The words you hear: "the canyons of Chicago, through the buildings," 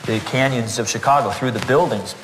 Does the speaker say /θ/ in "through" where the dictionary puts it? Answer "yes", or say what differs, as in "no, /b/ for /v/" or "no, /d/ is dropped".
yes